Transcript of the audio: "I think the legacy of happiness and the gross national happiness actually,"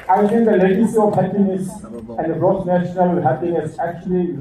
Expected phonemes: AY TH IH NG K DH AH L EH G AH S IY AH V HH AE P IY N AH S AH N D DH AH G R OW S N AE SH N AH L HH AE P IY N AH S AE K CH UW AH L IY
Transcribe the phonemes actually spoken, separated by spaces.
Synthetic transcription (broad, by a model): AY T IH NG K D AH L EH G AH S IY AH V HH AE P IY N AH S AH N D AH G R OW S N AE SH N AH L HH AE P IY N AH S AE K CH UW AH L IY